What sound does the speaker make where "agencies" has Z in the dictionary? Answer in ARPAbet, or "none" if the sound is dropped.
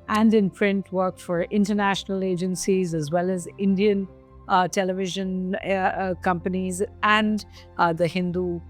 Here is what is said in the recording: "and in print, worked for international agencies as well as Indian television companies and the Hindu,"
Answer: Z